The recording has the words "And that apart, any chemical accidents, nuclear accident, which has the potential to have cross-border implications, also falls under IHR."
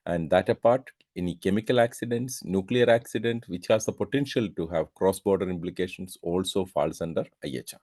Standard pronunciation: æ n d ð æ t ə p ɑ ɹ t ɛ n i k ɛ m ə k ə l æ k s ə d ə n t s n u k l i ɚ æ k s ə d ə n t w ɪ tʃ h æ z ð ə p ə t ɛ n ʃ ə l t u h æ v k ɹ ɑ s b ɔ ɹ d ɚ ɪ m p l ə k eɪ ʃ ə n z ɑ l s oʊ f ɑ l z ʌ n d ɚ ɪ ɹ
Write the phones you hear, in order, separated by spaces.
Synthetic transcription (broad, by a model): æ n d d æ t ə p ɑ ɹ t ɛ n i k ɛ m ə k ə l æ k s ə d ə n t s n u k l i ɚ æ k s ə d ə n t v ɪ tʃ h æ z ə p ə t ɛ n ʃ ə l t u h æ v k ɹ ɑ s b ɔ ɹ d ɚ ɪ m p l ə k eɪ ʃ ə n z ɑ l s oʊ f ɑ l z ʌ n d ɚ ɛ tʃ